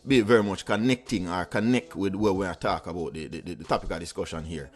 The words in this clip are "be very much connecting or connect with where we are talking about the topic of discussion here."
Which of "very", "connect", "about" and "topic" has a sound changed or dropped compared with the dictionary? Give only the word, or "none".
about